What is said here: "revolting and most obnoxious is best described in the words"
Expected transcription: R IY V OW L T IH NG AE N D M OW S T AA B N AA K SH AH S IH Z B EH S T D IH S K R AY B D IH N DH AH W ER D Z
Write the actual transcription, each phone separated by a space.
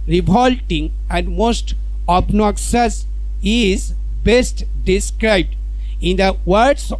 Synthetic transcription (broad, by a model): R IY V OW L T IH NG AE N D M OW S T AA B N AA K S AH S IH Z B EH S T D IH S K R AY B D IH N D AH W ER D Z